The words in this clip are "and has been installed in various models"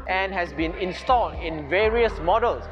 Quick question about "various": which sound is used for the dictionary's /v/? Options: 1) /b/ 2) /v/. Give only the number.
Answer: 2